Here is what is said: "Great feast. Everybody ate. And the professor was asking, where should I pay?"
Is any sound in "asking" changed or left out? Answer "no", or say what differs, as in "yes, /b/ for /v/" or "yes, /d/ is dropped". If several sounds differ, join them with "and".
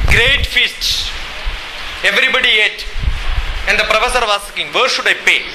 yes, /s/ is dropped